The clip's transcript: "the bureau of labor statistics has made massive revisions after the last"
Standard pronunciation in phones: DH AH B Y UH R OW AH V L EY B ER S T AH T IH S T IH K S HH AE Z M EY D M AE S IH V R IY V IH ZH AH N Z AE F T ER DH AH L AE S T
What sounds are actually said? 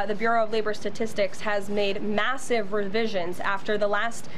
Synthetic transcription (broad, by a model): DH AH B Y UH R OW AH V L EY B ER S T AH T IH S T IH K S HH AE Z M EY D M AE S IH V R IY V IH ZH AH N Z AE F T ER DH AH L AE S T